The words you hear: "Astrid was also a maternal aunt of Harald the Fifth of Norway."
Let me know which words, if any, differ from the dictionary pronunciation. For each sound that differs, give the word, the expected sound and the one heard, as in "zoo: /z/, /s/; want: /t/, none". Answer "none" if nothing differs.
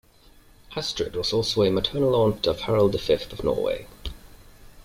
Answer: none